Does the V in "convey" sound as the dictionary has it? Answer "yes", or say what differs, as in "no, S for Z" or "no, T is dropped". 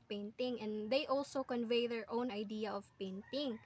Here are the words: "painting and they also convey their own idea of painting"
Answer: yes